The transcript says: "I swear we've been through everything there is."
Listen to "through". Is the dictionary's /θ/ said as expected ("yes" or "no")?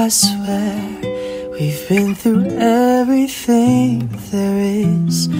yes